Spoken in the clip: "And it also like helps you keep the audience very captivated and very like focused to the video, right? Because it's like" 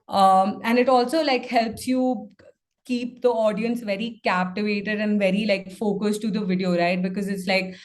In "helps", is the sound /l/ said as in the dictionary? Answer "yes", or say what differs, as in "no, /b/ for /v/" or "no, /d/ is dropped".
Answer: yes